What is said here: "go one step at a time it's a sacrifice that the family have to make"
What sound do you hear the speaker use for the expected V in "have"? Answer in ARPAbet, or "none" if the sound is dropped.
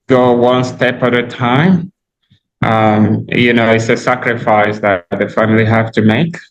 F